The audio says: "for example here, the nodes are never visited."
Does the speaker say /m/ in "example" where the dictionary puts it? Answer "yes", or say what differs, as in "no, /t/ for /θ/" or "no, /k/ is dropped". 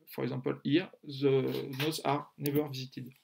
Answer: no, /m/ is dropped